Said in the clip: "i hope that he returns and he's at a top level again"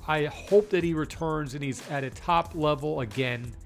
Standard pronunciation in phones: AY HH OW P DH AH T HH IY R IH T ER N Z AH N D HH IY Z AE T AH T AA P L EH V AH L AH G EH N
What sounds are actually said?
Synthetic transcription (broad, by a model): AY HH OW P DH AH T HH IY R IH T ER N Z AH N IY Z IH T AH T AA P L EH V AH L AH G EH N